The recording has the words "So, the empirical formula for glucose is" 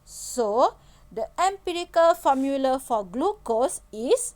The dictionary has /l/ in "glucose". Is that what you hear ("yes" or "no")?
yes